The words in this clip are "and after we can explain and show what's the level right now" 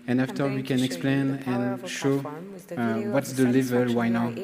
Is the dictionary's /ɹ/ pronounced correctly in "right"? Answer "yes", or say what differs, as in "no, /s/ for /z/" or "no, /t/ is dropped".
no, /w/ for /ɹ/